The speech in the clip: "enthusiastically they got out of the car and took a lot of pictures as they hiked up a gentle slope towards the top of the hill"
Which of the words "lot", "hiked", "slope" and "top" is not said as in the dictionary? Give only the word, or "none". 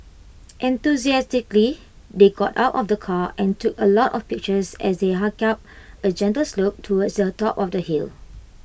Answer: hiked